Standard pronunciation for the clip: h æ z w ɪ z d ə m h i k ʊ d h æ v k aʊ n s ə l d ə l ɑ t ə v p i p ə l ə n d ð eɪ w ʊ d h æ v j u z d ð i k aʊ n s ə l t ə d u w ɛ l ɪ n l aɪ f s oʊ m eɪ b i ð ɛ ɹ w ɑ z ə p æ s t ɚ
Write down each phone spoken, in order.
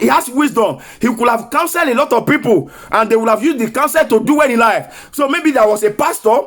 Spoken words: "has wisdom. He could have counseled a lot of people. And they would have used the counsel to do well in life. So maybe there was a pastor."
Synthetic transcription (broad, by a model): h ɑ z w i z d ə m h i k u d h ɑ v k aʊ n s ə l d ə l ɑ t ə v p i p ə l ə n d eɪ w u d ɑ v j u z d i k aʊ n s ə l t ə d u w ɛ n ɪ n l aɪ f s oʊ m eɪ b i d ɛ w ɑ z ə p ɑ s t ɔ